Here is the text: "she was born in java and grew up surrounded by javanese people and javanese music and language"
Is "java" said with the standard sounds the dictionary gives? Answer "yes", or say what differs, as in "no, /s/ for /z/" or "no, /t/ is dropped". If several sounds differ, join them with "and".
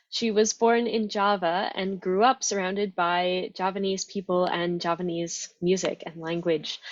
yes